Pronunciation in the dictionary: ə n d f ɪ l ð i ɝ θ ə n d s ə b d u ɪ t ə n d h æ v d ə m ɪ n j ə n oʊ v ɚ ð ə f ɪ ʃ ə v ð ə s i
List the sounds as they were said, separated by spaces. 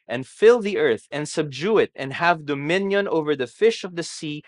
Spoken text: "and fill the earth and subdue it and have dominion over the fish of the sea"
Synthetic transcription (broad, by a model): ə n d f ɪ l ð i ɝ θ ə n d s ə b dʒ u ɪ t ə n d h æ v d ə m ɪ n j ə n oʊ v ɚ ð ə f ɪ ʃ ə v ð ə s i